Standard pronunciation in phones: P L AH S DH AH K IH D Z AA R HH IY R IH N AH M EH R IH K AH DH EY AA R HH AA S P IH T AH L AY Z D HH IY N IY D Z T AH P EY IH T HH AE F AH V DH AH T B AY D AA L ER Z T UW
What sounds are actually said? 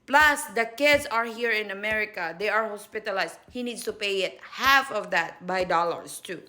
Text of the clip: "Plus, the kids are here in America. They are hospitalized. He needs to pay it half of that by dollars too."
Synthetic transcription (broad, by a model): P L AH S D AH K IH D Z AA R HH IY R IH N AH M EH R IH K AH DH EY AA R HH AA S P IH T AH L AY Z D HH IY N IY D S T AH P EY IH T HH AE F AH V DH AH T B AY D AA L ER S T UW